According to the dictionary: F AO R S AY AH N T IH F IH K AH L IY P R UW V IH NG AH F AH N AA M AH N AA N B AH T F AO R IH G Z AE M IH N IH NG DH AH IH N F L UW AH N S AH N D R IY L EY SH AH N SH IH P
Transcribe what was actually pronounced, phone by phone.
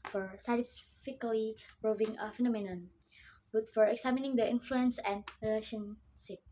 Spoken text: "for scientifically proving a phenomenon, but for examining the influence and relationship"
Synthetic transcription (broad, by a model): F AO R S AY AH T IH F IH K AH L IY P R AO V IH NG AH F AH N AA M AH N AA N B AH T F AO R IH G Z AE M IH N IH NG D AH IH N F L UW AH N S AH N D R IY L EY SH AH N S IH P